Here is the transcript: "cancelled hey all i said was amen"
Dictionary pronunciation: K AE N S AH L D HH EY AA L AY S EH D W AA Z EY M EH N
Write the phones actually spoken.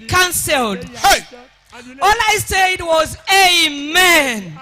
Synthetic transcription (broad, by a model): K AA N S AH L D HH EY AA L AY S EH D W AA Z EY M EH N